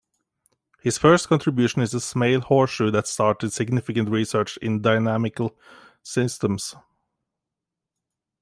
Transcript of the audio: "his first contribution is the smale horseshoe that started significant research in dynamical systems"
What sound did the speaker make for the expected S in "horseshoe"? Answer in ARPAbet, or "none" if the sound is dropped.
none